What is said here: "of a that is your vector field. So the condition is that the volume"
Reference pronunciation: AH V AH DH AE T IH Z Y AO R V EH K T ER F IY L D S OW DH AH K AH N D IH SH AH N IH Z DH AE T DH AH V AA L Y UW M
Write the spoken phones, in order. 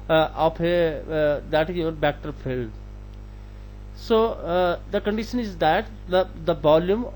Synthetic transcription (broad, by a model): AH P AH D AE T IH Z Y AO R B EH K T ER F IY L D S OW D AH K AH N D IH SH AH N IH Z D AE T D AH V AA L Y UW M